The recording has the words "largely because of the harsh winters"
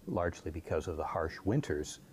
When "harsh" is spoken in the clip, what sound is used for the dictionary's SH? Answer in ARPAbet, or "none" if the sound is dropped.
SH